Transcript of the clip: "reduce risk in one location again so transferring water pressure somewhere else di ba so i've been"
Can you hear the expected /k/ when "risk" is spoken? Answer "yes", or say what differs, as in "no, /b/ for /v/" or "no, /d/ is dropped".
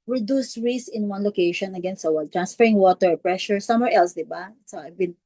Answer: no, /k/ is dropped